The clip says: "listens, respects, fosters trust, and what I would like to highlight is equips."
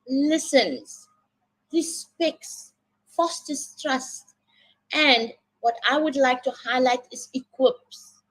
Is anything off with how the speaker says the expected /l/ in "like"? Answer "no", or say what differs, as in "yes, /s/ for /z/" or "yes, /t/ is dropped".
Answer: no